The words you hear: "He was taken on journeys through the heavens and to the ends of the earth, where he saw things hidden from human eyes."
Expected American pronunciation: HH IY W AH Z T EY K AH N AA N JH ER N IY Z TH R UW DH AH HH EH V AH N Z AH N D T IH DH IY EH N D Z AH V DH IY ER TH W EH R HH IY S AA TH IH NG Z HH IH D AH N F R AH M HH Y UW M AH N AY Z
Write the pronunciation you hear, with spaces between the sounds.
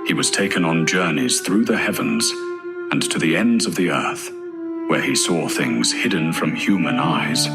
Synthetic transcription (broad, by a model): HH IY W AH Z T EY K AH N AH N JH ER N IY Z TH R UW DH AH HH EH V AH N Z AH N T IH DH IY EH N D Z AH V DH IY ER TH W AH R IY S AA TH IH NG Z HH IH D N F R AH M HH Y UW M AH N AY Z